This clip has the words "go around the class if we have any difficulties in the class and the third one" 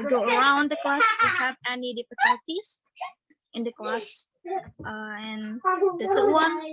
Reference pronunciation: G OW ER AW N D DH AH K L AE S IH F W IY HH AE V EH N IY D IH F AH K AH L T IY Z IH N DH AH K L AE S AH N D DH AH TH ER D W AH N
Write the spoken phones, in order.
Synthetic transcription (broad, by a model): G OW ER AW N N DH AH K L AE S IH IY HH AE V EH N IY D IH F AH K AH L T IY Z IH N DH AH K L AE S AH N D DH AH S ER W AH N